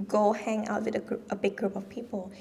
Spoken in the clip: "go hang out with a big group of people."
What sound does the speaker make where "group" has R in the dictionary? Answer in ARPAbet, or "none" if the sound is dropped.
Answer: R